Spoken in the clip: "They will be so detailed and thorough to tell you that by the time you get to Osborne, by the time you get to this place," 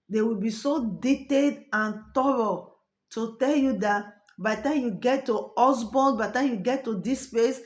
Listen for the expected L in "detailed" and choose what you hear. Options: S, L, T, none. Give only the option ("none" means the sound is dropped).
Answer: none